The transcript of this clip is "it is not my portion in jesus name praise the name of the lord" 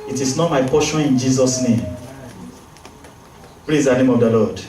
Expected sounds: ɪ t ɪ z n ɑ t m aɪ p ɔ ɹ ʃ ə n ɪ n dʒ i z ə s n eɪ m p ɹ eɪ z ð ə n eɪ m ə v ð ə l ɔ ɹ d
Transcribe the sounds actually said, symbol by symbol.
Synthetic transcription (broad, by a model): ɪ t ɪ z n ɑ t m aɪ p ɔ ʃ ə n ɪ n dʒ i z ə s n eɪ m p l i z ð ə n eɪ m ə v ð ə l ɔ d